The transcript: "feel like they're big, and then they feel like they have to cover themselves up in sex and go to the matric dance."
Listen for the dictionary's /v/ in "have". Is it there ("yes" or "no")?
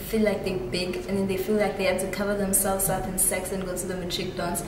no